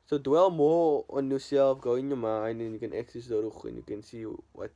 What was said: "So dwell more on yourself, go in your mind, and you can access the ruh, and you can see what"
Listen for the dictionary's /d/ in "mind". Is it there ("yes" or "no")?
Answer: no